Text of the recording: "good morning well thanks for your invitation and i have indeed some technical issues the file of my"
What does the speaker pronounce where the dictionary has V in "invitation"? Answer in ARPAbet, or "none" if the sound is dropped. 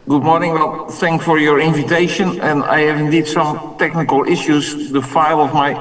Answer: V